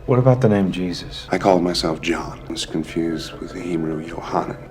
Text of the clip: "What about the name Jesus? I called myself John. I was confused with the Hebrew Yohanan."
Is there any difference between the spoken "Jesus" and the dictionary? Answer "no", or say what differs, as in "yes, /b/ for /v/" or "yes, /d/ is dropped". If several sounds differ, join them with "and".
no